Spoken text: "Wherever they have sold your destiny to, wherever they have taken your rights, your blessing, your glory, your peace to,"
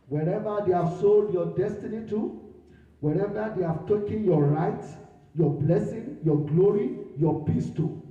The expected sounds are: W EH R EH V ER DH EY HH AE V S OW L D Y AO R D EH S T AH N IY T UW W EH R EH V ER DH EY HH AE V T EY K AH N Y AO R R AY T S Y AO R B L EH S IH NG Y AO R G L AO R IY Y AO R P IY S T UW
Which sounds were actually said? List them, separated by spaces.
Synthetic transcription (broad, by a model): W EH R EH V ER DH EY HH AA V S OW L D Y AO D EH S T AH N IY T UW W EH R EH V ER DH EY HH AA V T EY K AH N Y AO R R AY T Y AO B L EH S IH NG Y AO G L AO R IY Y AO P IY S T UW